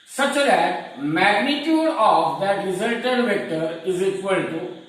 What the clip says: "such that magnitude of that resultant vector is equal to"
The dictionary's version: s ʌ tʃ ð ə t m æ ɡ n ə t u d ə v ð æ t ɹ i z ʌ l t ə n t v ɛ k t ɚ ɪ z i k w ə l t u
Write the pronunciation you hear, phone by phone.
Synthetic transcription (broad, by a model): s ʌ tʃ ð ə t m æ ɡ n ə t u d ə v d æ t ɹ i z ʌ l t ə t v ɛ k t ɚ ɪ z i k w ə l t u